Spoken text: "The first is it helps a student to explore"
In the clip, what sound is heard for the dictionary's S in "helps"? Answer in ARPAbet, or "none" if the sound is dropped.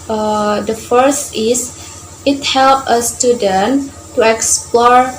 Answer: none